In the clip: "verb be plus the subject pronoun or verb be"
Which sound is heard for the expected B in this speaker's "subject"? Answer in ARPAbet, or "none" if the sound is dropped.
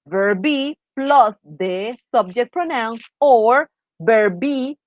B